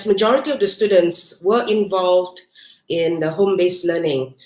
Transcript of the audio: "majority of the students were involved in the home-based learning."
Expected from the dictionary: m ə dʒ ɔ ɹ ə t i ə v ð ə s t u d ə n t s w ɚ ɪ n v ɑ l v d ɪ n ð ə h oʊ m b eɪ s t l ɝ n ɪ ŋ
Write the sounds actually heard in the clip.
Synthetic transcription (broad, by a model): m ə dʒ ɔ ɹ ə t i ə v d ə s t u d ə n t s w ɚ ɪ n v ɑ l v d ɪ n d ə h oʊ m b eɪ s l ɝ n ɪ ŋ